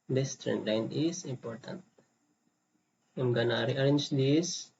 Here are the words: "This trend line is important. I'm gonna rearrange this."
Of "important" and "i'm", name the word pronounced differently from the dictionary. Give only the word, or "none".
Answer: none